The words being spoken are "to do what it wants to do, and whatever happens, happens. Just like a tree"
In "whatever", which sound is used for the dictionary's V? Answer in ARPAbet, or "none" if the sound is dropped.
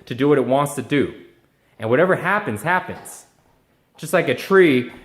V